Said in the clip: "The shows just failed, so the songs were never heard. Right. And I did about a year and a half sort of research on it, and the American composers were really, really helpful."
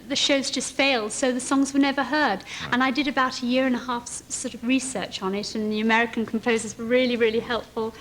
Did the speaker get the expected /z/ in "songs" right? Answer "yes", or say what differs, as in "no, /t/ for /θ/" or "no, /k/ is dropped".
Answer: yes